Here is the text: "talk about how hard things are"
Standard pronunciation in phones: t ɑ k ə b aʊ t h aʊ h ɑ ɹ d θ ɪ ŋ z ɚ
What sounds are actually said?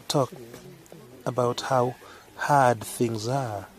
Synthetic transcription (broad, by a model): t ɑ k ə b aʊ t h aʊ h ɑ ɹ d θ ɪ ŋ z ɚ